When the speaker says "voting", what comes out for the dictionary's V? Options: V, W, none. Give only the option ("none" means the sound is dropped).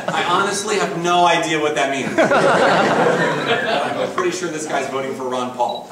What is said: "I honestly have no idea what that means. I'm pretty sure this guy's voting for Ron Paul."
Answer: V